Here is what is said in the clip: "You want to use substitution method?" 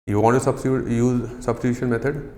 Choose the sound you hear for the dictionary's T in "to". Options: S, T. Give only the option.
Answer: S